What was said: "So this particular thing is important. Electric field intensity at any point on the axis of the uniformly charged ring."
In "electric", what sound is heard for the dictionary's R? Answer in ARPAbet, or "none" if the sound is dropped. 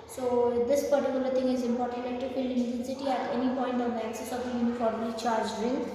none